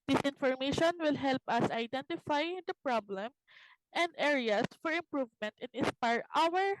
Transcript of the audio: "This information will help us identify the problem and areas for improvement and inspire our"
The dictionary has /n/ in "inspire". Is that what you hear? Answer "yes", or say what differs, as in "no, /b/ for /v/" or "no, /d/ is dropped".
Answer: no, /n/ is dropped